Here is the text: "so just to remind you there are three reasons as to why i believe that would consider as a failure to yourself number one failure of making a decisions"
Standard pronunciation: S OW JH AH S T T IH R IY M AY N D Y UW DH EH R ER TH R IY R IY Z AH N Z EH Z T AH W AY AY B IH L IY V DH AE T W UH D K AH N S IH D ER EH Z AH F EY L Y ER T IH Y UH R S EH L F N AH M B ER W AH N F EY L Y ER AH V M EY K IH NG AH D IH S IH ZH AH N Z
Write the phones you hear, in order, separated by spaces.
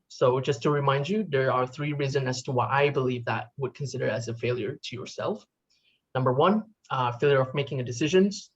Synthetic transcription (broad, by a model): S OW JH AH S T T IH R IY M AY N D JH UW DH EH R ER TH R IY R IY Z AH N EH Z T AH W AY AY B IH L IY V DH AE T W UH D K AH N S IH D ER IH Z AH F EY L Y ER T IH Y UH R S EH L F N AH M B ER W AH N F EY L Y ER AH V M EY K IH NG AH D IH S IH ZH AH N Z